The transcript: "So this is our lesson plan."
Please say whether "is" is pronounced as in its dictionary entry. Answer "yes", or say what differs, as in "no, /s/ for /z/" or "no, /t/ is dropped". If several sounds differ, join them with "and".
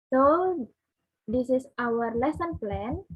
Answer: no, /s/ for /z/